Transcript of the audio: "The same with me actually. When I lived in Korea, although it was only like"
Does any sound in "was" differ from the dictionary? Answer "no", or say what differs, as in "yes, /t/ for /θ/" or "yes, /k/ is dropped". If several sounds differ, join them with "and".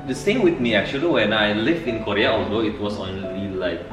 yes, /s/ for /z/